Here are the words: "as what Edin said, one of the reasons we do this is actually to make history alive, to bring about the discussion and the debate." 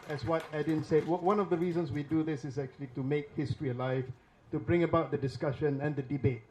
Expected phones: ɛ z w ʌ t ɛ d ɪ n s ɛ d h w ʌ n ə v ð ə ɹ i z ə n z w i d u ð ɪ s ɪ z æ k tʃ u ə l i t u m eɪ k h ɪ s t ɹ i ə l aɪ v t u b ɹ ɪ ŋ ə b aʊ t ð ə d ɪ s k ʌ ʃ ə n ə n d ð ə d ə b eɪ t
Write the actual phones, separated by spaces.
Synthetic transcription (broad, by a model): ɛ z w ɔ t ɛ d ɪ n s ɛ d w w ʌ n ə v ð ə ɹ i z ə n s w i d u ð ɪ s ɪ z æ k tʃ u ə l i t u m eɪ k h ɪ s t ɹ i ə l aɪ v t u b ɹ ɪ ŋ ə b aʊ t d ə d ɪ s k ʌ ʃ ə n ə n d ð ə d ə b eɪ t